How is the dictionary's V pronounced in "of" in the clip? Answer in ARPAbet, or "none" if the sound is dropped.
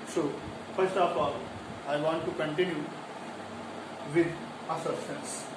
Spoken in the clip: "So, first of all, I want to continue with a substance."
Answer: P